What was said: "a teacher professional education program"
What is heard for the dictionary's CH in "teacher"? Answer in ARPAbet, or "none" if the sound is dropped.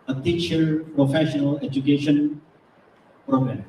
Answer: SH